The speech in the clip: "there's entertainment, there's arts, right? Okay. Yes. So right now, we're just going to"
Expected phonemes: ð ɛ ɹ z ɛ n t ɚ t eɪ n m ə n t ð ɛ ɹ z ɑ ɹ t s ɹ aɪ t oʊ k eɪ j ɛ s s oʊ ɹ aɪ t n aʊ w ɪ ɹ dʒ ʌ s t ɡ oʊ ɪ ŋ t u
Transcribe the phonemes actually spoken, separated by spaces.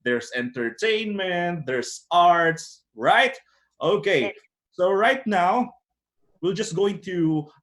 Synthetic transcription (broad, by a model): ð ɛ ɹ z ɛ n t ɚ t eɪ n m ə n t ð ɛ ɹ s ɑ ɹ t s ɹ aɪ t oʊ k eɪ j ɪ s s oʊ ɹ aɪ t n aʊ w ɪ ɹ dʒ ʌ s t ɡ oʊ ɪ ŋ t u